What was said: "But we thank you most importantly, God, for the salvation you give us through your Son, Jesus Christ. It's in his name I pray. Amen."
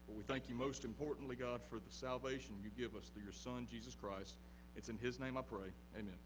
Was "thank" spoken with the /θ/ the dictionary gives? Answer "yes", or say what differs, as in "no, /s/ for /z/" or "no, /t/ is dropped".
yes